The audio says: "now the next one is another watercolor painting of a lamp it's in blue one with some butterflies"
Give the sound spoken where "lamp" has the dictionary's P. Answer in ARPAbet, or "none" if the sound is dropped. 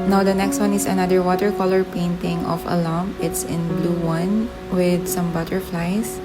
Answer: none